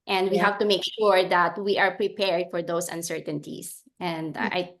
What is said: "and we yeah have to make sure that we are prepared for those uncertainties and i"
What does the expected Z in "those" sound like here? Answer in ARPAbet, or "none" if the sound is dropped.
S